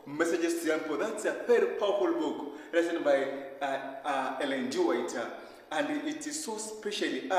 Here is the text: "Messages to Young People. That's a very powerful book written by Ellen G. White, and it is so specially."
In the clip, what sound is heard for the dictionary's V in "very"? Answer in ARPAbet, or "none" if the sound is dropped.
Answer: F